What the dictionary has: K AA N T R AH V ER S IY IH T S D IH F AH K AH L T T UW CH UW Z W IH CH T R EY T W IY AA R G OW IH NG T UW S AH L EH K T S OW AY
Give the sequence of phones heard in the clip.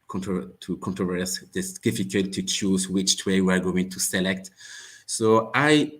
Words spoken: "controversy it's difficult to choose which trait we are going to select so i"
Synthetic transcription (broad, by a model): K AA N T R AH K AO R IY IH S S D IH F AH K AH L T T UW CH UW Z W IH CH T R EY W IY AA R G OW IH NG T UW S AH L EH K T S OW AY